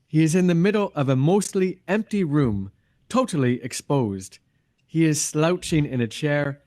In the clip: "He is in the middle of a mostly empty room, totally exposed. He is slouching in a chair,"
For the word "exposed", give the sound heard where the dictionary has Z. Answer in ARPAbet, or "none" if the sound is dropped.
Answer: Z